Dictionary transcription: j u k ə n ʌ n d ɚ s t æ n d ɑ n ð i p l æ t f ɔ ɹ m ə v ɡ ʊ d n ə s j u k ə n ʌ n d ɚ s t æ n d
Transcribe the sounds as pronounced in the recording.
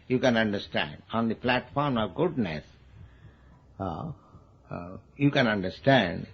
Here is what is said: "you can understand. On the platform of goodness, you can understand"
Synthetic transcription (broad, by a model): j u k ə n ʌ n d ɚ s t æ n d ɑ n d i p l æ t f ɔ ɹ m ə v ɡ ʊ d n ə s j u k ə n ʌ n d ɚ s t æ n d